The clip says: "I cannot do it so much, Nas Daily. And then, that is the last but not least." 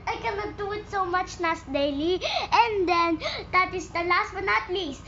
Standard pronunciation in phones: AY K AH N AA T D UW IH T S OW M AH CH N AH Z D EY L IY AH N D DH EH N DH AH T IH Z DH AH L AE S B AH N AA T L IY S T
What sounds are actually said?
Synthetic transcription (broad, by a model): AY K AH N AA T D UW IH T S OW M AH CH N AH S D EY L IY AH N D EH N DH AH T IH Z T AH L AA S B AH N AA T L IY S